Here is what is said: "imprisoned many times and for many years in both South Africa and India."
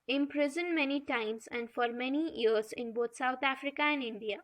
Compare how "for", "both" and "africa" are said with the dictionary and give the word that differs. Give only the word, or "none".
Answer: both